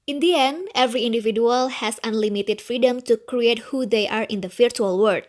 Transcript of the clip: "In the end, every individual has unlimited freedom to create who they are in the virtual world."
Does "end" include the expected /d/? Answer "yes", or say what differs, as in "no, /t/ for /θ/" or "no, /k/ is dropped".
no, /d/ is dropped